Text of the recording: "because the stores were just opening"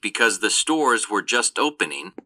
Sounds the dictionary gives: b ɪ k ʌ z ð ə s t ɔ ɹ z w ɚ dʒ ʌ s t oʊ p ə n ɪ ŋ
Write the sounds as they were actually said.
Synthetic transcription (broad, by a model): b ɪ k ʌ z ð ə s t ɔ ɹ z w ɚ dʒ ʌ s t oʊ p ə n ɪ ŋ